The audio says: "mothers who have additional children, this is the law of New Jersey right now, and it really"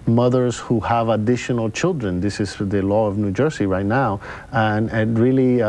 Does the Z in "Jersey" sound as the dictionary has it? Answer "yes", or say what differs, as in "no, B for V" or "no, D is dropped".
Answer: no, S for Z